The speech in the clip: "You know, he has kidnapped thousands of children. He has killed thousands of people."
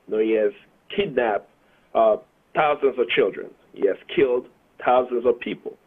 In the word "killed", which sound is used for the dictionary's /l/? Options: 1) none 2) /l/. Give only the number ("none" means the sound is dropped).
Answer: 2